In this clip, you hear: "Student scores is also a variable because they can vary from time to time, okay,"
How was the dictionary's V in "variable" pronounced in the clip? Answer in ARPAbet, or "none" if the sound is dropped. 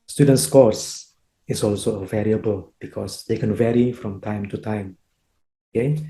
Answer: V